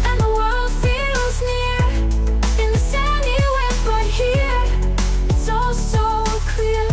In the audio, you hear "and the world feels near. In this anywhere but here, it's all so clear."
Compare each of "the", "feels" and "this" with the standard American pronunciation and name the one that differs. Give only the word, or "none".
none